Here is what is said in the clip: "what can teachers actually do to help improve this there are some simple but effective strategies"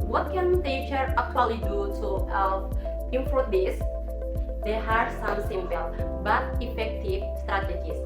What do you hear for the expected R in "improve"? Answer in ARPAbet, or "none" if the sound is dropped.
none